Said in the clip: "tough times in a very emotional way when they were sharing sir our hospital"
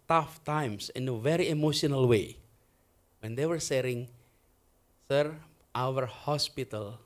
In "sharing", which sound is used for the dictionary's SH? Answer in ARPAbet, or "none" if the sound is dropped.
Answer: S